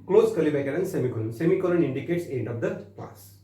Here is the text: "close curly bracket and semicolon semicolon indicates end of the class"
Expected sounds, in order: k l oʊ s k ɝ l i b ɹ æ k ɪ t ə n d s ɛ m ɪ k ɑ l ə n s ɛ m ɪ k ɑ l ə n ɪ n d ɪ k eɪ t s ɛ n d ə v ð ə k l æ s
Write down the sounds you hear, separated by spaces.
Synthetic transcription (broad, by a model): k l oʊ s k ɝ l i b ɛ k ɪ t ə n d s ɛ m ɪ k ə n s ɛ m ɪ k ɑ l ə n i n d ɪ k eɪ t s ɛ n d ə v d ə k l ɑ s